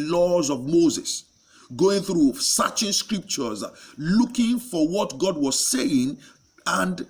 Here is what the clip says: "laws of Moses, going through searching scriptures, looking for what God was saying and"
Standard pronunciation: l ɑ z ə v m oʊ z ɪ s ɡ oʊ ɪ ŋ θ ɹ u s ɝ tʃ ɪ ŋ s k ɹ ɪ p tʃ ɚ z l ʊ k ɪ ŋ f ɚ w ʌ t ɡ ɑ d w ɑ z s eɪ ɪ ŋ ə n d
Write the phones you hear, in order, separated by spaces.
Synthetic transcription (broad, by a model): l ɑ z ə v m oʊ z ɪ s ɡ oʊ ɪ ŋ θ ɹ u s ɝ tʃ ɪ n s k ɹ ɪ p tʃ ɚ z l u k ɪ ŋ f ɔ w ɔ t ɡ ɑ d w ɑ z s eɪ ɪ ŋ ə n d